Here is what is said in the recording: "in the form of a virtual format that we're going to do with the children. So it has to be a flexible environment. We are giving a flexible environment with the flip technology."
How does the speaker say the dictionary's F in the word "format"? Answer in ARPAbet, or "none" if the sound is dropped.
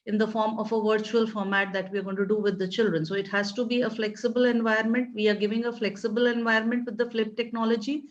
F